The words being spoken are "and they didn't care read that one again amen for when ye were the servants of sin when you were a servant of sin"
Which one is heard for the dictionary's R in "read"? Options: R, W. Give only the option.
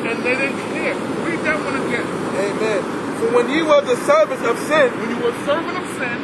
W